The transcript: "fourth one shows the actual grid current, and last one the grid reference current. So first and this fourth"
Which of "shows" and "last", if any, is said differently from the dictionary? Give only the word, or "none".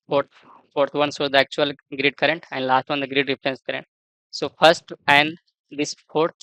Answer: shows